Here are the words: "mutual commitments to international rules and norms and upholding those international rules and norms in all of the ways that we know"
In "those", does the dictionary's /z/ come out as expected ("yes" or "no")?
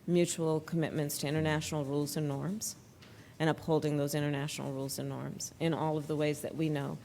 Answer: yes